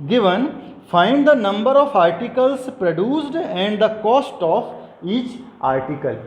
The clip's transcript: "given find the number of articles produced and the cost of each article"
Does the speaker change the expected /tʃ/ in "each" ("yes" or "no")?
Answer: no